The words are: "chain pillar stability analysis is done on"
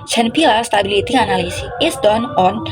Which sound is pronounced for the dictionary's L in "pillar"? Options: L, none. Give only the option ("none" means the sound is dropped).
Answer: none